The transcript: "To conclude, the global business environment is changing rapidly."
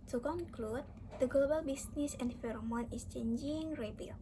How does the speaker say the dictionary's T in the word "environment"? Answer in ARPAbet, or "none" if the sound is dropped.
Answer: none